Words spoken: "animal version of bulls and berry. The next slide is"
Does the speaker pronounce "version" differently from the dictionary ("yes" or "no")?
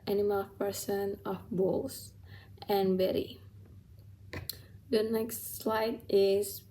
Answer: yes